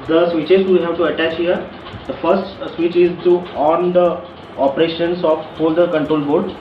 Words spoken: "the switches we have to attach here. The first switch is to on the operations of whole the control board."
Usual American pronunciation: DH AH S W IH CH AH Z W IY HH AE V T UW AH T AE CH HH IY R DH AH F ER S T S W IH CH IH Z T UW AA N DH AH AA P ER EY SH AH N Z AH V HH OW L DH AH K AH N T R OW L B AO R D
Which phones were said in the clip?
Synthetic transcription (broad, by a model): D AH S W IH CH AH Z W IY HH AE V T UW AH T AE CH HH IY R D AH F ER S T S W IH CH IH Z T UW AA N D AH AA P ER EY SH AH N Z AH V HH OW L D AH K AH N T R OW L B AO R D